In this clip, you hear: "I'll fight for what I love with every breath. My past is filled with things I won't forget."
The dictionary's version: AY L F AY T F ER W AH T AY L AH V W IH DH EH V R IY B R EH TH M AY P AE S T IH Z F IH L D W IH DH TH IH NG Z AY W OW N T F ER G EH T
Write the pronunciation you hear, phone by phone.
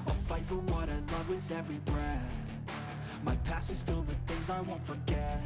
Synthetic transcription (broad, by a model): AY F AY T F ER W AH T AY L AH V W IH DH EH V R IY B R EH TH M AY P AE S IH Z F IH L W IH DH TH IH NG Z AY W OW N T F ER G EH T